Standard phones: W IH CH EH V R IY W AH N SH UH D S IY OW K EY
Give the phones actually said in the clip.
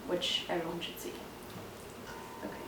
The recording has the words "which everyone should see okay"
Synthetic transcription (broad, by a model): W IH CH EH R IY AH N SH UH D S IY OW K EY